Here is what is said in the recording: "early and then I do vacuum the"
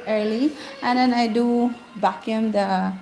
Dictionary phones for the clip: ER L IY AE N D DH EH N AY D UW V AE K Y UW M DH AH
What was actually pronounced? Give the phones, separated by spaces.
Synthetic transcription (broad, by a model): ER L IY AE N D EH N AY D UW B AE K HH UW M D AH